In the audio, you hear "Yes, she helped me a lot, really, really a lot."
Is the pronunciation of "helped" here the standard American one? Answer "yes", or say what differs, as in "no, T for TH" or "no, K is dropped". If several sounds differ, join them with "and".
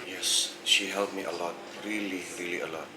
no, P is dropped